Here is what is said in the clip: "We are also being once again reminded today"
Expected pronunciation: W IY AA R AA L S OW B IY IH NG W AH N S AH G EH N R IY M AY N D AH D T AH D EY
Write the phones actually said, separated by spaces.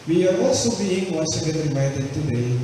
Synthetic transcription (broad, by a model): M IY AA W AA S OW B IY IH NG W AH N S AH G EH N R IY M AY D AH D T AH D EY